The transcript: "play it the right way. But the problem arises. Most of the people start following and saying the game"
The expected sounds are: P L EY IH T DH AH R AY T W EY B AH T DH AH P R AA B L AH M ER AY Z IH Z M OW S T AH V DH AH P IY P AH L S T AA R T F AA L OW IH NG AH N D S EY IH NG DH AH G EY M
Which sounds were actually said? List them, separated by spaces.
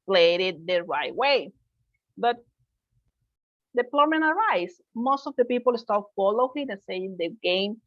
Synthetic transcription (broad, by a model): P L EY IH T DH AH R AY T W EY B AH T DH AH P L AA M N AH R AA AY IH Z M OW S T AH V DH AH P IY P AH L S T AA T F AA L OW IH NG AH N S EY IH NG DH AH G EY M